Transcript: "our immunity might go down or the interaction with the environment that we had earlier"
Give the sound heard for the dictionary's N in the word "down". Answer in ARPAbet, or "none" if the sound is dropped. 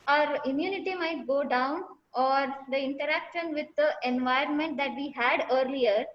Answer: N